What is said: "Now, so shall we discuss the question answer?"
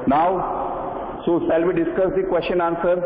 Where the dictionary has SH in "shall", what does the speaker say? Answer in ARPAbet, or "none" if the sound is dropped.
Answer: S